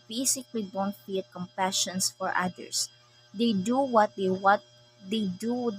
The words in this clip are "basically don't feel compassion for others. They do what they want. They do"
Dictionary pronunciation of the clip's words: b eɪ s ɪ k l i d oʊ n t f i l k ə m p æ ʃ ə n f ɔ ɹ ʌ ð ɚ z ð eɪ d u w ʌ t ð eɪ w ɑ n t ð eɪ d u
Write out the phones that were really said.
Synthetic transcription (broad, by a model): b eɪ s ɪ k l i d oʊ n t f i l k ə m p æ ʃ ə n f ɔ ɹ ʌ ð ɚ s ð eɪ d u w ʌ t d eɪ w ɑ t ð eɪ d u